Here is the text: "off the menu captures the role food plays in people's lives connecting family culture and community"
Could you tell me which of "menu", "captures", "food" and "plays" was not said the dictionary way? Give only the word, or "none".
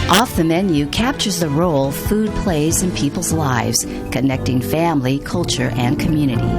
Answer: none